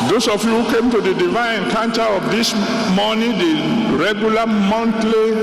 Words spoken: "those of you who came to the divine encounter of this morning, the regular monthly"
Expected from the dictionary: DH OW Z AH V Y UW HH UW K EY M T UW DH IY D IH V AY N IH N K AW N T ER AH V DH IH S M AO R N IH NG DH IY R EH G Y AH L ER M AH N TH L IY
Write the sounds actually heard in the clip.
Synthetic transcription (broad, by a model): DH OW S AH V Y UW HH UW K EY M T UW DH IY D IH V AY IH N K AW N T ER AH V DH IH S M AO N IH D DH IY R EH G Y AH L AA M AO N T L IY